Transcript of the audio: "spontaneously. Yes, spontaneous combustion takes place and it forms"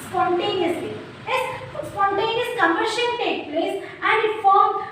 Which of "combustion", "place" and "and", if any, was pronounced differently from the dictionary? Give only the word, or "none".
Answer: combustion